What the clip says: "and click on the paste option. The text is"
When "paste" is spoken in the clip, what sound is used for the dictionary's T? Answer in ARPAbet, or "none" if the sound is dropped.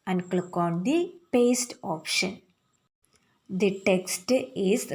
T